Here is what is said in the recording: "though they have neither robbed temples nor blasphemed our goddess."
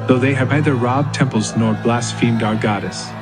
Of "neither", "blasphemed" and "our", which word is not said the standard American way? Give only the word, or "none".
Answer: none